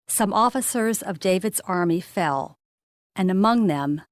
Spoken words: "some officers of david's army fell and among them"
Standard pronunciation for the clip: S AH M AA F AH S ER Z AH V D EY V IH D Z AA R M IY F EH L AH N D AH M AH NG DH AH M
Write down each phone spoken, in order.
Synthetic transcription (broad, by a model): S AH M AA F AH S ER Z AH V D EY V IH D Z AA R M IY F EH L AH N AH M AH NG DH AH M